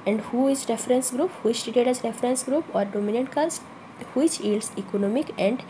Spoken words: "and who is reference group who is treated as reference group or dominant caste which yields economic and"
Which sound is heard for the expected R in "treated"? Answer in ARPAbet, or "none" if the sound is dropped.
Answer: none